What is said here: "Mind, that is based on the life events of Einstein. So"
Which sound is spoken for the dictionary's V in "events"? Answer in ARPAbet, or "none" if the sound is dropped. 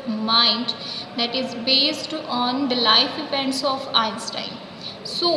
P